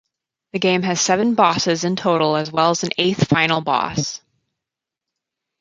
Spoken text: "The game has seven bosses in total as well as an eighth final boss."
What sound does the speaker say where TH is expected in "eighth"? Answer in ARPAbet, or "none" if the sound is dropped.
TH